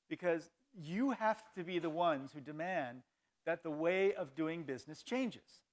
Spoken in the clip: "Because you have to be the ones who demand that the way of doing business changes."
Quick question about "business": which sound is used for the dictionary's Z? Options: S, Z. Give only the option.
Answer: Z